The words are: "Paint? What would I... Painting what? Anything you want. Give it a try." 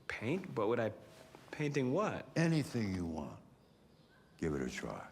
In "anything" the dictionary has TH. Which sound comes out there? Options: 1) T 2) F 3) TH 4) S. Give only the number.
3